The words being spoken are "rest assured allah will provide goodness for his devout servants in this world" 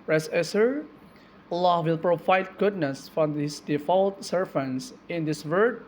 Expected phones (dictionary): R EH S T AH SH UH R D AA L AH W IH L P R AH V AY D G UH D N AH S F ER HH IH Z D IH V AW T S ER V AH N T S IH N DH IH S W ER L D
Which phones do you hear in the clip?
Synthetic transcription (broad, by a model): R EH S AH S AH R AA L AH W IH L P R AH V AY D G UH D N AH S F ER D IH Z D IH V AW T S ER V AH N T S IH N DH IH S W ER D